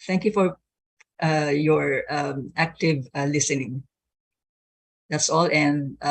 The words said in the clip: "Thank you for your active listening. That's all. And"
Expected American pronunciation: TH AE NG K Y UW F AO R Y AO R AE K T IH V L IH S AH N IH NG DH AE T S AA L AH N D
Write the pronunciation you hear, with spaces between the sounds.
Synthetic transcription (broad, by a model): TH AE NG K Y UW F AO R Y AO R AE K T IH V L IH S AH N IH NG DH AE T S AA L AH N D